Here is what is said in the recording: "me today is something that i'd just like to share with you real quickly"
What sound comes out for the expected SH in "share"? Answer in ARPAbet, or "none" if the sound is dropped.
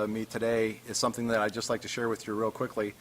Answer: SH